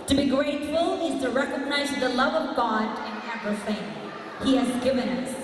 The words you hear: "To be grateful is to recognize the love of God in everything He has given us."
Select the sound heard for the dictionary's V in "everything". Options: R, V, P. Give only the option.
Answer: P